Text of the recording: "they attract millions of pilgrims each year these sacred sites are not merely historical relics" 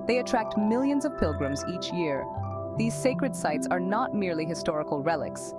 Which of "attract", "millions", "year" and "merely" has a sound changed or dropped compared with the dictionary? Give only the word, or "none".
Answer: none